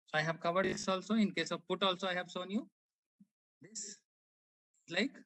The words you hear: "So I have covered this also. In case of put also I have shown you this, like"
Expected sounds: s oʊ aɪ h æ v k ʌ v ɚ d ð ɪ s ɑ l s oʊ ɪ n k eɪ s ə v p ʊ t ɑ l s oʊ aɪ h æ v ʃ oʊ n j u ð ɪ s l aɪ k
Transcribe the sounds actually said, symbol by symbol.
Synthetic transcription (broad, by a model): s oʊ aɪ h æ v k ʌ v ɚ d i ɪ s ɑ l s oʊ ɪ n k eɪ s ə v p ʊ t ɑ l s oʊ aɪ h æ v s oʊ n j u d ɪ s l aɪ k